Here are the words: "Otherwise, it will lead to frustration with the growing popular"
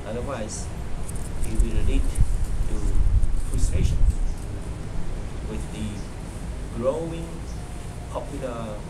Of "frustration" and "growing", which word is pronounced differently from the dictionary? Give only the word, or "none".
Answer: none